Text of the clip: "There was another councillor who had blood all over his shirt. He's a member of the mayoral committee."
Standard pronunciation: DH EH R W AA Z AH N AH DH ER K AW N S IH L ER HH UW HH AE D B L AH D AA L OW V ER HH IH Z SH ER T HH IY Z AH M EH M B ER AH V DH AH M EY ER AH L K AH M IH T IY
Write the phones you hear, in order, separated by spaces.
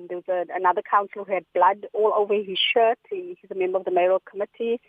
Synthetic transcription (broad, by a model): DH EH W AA Z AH N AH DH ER K AW N S L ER HH UW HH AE D B L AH D AA L OW V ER HH IH Z SH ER T HH IY Z AH M EH M B ER AH V DH AH M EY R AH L K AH M IH T IY